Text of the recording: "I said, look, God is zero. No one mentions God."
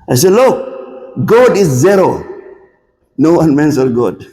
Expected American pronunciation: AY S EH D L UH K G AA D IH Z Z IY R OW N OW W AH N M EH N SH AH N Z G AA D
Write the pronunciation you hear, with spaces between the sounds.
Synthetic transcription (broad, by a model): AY S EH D L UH K G AA D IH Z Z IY R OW N OW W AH N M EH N S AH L G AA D